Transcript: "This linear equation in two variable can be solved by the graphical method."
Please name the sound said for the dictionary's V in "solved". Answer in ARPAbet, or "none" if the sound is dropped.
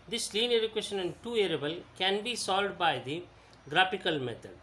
none